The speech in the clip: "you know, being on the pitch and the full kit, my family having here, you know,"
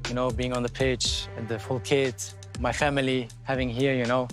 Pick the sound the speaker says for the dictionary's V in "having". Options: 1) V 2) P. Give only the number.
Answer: 1